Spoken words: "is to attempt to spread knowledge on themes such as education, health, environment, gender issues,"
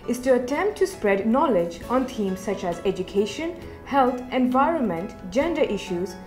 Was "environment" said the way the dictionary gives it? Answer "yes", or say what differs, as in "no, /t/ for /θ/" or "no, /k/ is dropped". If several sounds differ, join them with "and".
yes